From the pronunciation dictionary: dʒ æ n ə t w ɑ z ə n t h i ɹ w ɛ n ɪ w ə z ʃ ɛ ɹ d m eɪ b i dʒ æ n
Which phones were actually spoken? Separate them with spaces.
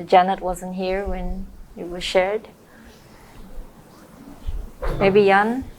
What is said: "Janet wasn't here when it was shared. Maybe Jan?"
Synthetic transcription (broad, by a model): dʒ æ n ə t w ɑ z ə n t h i ɹ w ɛ n ɪ w ə z ʃ ɛ ɹ d m eɪ b i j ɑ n